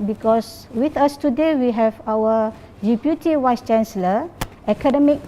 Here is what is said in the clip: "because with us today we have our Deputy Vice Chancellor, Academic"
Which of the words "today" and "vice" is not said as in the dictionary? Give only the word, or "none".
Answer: vice